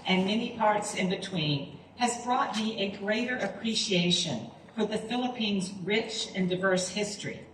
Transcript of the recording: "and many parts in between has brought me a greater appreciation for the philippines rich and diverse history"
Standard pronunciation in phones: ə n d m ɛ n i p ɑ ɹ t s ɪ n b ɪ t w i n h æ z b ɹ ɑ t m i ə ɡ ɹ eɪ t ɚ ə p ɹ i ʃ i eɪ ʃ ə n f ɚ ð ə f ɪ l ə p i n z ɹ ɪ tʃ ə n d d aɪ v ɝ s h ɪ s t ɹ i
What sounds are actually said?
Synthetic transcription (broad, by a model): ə n m ɛ n i p ɑ ɹ t s ɪ n b ɪ t w i n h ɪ z b ɹ ɑ t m i ə ɡ ɹ eɪ t ɚ ə p ɹ i ʃ i eɪ ʃ ə n f ɚ ð ə f ɪ l ə p i n z ɹ ɪ tʃ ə n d d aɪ v ɝ s h ɪ s t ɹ i